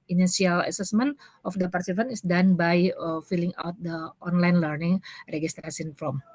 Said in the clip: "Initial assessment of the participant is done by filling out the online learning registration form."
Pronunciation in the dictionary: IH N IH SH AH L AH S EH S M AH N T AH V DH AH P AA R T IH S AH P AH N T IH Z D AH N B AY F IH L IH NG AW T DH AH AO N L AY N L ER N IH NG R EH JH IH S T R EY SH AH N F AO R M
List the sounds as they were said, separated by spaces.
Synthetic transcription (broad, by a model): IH N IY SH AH L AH S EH S M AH N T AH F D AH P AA R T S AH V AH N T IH S D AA N B AY F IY L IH NG AW T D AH AO N L AY N L ER N IH NG R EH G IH S T R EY S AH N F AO M